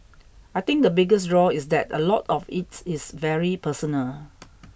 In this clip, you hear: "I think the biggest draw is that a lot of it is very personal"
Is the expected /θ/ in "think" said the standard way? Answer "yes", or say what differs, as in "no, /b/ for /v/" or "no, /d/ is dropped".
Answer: no, /t/ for /θ/